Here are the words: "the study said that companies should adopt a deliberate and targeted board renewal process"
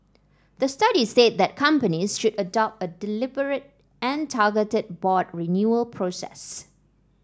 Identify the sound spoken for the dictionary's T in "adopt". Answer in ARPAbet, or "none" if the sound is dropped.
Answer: T